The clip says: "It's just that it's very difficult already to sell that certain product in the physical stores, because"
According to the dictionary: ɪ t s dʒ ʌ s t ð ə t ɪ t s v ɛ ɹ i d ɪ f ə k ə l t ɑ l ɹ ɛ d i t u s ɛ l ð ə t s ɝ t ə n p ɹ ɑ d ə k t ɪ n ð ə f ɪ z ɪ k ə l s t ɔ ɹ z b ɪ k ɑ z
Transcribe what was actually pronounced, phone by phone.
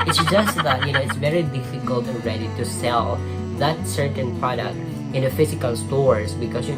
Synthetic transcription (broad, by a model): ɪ t s dʒ ʌ s t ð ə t ɪ t s v ɛ ɹ i d ɪ f ə k ə l t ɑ n ɹ ɛ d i t u s ɛ l ð ə t s ɝ t ə n p ɹ ɑ d ə k t ɪ n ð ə f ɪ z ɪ k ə l s t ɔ ɹ s b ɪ k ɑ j